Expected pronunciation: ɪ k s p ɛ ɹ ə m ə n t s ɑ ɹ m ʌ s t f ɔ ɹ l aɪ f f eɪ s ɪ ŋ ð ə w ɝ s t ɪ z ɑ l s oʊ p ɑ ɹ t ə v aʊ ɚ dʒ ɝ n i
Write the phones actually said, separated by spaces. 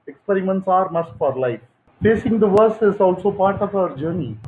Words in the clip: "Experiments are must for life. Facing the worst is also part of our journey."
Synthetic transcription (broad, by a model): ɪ k s p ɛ ɹ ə m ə n t s ɑ ɹ m ʌ s t f ɔ ɹ l aɪ f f eɪ s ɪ ŋ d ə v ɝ s ɪ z ɑ l s oʊ p ɑ ɹ t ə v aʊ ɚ dʒ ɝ n i